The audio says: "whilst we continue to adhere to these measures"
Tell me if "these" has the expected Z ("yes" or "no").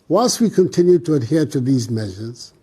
yes